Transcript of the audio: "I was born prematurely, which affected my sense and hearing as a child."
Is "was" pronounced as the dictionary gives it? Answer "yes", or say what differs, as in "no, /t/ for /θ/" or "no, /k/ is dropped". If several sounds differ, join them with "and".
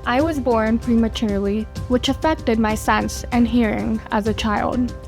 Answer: yes